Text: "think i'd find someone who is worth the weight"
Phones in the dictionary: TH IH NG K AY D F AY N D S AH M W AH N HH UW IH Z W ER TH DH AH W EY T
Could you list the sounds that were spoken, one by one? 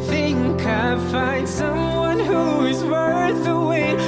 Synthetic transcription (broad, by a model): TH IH NG K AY F AY N D S AH M W AH N HH UW IH Z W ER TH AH W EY